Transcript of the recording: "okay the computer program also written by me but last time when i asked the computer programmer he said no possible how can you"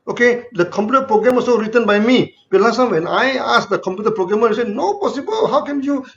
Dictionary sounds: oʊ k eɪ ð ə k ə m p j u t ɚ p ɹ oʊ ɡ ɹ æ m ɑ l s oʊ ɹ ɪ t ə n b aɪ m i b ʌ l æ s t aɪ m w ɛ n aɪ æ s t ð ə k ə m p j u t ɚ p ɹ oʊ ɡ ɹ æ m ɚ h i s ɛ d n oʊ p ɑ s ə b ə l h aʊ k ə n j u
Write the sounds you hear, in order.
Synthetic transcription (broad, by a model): oʊ k eɪ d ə k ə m p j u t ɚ p ɹ oʊ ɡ ɹ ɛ m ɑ s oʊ ɹ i t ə n b aɪ m i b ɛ l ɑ s t aɪ m w ɛ n aɪ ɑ s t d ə k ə m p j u t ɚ p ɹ oʊ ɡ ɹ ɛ m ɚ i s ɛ n oʊ p ɑ s ə b ə l h aʊ k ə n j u